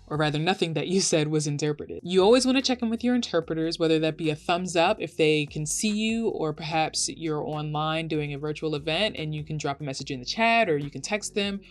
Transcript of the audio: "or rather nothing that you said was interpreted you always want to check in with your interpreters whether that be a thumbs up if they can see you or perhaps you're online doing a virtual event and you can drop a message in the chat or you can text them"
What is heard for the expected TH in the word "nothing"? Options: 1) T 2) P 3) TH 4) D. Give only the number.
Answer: 3